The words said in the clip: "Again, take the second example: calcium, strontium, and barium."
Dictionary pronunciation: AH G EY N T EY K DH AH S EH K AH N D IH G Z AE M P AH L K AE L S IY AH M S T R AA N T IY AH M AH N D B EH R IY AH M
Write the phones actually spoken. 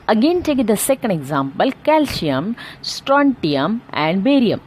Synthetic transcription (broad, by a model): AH G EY N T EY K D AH S EH K AH N D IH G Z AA M P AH L K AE L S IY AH M S T R AA N T IY AH M AH N D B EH R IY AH M